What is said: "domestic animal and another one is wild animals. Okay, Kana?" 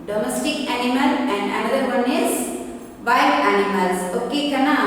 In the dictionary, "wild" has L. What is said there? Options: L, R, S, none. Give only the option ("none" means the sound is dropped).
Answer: none